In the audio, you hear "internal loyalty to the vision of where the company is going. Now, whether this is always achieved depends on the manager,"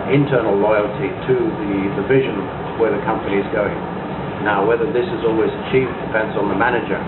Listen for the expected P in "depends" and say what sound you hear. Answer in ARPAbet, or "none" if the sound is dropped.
F